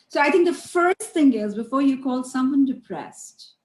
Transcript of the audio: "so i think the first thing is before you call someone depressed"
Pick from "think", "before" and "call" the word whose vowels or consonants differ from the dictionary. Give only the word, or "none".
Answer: think